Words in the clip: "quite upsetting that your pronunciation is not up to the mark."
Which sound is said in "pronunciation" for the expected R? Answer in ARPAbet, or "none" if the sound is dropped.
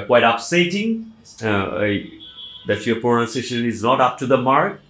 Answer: none